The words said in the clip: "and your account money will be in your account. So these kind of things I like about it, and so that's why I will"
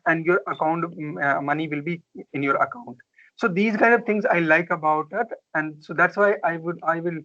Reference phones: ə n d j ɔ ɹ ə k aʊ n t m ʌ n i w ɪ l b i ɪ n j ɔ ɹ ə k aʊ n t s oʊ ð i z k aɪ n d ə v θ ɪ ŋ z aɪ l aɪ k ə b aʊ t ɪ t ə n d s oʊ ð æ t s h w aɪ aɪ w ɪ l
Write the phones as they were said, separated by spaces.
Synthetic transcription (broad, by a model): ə n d j ɔ ɹ ə k aʊ n t m ʌ n i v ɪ l b i ɪ n j ɔ ɹ ə k aʊ n t s oʊ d i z k aɪ n d ə v t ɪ ŋ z aɪ l aɪ k ə b aʊ t ɪ t ə n d s oʊ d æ t s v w aɪ aɪ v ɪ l